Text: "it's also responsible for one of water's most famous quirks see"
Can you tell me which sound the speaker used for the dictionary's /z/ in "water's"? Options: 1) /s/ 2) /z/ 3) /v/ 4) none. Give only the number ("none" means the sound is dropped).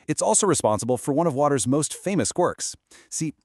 2